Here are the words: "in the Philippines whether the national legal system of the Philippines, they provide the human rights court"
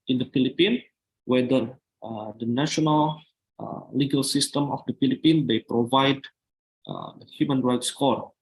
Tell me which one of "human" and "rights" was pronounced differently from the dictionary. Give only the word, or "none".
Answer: none